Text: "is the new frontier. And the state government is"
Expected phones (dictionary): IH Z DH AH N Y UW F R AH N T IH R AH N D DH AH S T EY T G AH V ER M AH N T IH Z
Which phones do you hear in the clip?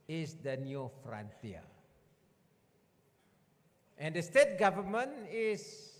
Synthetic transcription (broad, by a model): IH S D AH N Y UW F R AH N T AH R AH N D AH S T EY T G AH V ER M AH N IH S